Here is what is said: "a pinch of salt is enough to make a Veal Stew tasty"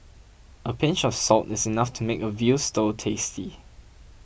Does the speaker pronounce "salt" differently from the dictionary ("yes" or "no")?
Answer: no